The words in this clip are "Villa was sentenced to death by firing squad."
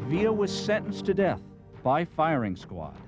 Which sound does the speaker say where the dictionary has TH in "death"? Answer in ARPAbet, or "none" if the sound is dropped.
TH